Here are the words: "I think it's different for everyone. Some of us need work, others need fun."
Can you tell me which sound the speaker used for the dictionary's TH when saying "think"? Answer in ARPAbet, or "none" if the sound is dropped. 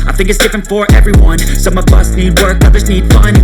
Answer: TH